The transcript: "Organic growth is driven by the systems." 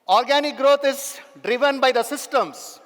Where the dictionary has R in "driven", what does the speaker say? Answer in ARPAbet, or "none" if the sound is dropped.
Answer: R